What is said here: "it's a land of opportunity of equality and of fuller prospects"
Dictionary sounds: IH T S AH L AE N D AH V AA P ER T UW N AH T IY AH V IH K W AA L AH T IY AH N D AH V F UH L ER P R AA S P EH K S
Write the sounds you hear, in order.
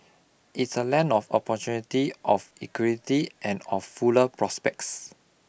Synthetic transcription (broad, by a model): IH T S AH L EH N AH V AA P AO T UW N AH T IY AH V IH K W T IY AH N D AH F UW L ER P R AA S P EH K S